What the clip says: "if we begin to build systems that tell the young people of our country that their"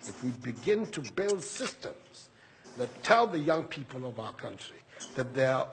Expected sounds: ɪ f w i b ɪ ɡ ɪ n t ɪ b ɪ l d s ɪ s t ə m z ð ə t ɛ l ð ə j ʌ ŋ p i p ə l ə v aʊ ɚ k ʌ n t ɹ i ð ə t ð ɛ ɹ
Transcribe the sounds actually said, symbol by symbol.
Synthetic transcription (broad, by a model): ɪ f w i b ɪ ɡ ɪ n t ɪ b ɪ l d s ɪ s t ə m z ð ə t ɛ l ð ə j ʌ ŋ p i p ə l ə v aʊ ɚ k ʌ n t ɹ i ð ə t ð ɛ ɹ